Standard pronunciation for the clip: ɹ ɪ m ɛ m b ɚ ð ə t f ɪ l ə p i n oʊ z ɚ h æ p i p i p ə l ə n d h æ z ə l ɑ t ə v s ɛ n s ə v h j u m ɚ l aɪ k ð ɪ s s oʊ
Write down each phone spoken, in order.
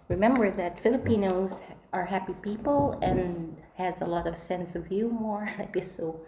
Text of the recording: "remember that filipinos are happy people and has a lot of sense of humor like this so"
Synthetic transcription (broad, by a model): ɹ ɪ m ɛ m b ɚ ð ə t f ɪ l ə p i n oʊ z ɚ h æ p i p i p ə l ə n h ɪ z ə l ɑ t ə v s ɛ n s ə v j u m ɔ n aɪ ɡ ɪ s s oʊ